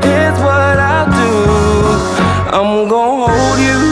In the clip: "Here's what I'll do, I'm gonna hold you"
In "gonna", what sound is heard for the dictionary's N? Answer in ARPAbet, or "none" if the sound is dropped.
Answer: none